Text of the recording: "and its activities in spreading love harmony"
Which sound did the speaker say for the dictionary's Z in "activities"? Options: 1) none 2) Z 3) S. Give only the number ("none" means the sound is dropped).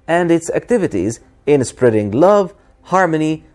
2